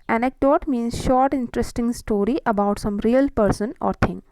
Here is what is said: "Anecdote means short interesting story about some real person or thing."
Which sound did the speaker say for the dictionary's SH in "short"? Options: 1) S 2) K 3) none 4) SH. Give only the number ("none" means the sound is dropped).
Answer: 4